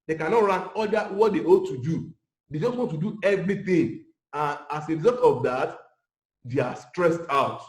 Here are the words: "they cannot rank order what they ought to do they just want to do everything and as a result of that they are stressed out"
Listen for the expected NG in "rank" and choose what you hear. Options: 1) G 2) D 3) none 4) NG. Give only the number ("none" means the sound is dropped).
3